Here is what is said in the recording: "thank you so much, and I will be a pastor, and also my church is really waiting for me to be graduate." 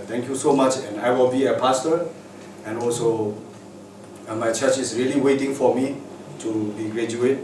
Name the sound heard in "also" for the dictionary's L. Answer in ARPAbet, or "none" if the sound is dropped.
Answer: L